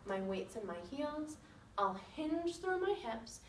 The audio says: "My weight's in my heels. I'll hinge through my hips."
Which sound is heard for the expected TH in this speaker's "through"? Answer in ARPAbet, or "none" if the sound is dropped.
TH